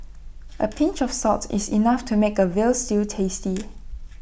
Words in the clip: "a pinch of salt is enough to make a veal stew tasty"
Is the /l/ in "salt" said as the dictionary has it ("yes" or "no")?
no